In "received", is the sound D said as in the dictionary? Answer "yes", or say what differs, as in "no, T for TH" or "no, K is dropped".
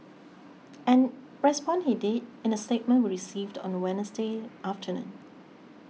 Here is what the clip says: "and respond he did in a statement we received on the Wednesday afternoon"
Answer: yes